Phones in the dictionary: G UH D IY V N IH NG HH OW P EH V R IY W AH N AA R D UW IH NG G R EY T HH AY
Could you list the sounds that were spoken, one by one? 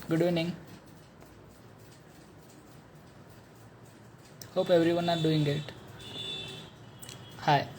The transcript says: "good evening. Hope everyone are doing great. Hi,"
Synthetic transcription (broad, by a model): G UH D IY N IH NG HH OW P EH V R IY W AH N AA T D UW IH NG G EY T HH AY